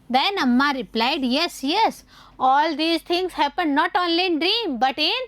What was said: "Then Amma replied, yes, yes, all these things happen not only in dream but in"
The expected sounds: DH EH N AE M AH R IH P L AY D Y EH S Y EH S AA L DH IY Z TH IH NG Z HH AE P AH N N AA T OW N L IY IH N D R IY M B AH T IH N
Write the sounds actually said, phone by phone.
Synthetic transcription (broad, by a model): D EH N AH M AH R IH P L AY D Y EH S Y EH S AA L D IY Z T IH NG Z HH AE P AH N N AA T OW N L IY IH N D R IY M B AH T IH N